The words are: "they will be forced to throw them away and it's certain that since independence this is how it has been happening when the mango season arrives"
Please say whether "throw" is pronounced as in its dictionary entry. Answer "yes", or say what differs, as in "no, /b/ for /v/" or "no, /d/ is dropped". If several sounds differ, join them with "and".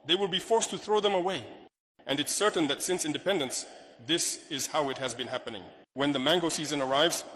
yes